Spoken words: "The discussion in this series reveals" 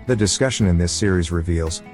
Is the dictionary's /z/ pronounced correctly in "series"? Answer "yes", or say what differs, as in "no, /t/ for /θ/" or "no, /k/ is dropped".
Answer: yes